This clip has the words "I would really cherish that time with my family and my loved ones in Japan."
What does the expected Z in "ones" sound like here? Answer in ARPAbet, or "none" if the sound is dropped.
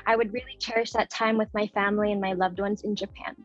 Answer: Z